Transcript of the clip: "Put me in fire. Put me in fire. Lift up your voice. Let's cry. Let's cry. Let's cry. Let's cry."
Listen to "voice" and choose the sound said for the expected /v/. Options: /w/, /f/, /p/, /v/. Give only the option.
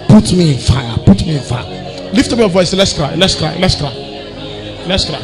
/v/